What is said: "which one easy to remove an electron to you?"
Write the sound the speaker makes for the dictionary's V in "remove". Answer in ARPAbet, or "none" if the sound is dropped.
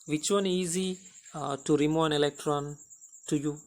none